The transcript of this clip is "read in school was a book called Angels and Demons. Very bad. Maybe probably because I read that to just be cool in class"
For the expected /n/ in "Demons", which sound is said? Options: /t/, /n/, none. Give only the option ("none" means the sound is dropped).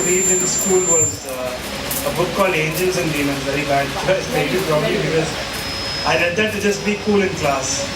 none